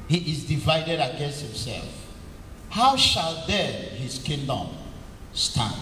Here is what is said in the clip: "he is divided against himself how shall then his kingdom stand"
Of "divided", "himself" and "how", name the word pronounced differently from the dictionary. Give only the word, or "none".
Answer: none